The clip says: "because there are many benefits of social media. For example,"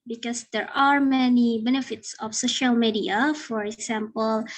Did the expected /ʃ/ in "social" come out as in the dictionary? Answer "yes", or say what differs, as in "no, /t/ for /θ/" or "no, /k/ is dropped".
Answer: yes